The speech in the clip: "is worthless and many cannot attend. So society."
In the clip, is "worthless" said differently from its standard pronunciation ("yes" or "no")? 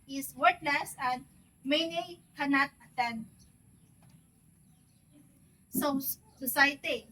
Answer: yes